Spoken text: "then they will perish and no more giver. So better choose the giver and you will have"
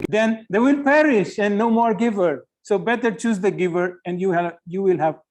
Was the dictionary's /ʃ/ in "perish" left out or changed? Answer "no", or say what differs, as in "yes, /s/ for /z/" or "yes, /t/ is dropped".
no